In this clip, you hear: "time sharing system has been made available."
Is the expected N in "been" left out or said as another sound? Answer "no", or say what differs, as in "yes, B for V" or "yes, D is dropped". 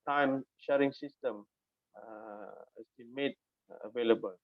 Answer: yes, L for N